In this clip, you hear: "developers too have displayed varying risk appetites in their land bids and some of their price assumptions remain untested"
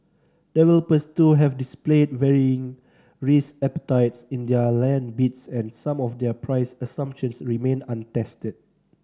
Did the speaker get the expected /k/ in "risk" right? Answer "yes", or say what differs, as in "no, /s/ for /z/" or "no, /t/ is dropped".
no, /k/ is dropped